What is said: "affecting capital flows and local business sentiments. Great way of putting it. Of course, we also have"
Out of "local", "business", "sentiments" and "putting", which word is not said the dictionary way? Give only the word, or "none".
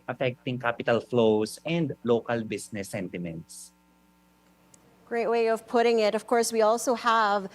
business